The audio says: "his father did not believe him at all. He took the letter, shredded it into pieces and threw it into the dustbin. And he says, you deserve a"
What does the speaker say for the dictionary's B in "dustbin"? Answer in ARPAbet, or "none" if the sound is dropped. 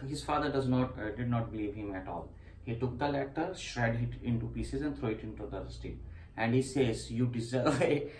none